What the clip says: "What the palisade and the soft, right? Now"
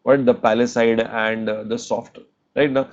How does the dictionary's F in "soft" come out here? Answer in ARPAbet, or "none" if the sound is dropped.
F